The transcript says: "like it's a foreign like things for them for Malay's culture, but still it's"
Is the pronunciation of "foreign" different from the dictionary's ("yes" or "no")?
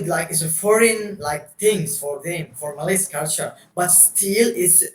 no